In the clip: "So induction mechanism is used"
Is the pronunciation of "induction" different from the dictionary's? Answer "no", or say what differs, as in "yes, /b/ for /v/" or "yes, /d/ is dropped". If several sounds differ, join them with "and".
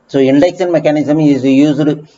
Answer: yes, /s/ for /ʃ/